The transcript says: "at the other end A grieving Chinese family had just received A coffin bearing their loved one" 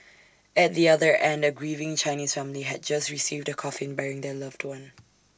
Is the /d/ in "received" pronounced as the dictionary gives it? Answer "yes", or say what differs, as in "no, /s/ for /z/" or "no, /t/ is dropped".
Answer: yes